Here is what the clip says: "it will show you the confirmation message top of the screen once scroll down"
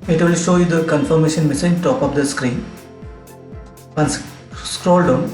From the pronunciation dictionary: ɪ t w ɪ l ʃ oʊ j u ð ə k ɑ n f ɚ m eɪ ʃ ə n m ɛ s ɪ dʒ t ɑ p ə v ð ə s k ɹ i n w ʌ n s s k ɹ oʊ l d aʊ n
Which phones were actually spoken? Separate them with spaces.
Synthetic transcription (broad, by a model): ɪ t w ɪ l ʃ oʊ j u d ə k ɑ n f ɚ m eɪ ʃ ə n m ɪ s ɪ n t ɑ p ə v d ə s k ɹ i n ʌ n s s k ɹ oʊ l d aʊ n